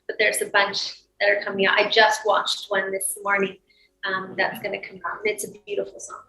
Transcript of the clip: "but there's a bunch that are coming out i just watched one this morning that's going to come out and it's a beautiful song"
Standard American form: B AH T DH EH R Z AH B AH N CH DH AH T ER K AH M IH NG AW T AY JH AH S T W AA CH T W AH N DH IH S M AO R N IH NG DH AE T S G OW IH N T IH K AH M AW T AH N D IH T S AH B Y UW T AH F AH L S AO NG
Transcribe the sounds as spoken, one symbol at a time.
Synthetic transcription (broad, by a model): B AH T DH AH R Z AH B AH N CH DH AH T ER K AH M IH NG AW T AY JH AH S T W AA CH T W AH N DH IH S M AO R N IH NG DH AE T S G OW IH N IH K AH M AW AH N IH T S AH B Y UW T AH F L S AO NG